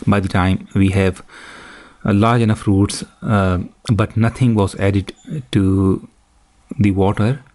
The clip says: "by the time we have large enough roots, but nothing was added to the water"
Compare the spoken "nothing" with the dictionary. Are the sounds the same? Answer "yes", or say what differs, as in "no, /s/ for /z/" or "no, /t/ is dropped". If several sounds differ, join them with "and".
no, /t/ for /θ/